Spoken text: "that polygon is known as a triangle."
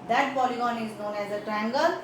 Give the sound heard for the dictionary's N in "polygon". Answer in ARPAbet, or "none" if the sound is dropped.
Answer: N